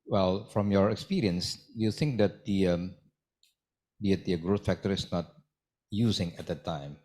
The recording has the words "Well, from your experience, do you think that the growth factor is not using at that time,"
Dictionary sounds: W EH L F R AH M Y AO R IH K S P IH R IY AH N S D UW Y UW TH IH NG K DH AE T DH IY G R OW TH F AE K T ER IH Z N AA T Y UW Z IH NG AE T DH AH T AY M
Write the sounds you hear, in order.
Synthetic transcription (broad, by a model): W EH L F R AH M Y AO R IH K S P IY R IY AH N S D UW Y UW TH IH NG K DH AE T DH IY G R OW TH F AE K T ER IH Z N AA T Y UW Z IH NG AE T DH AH T AY M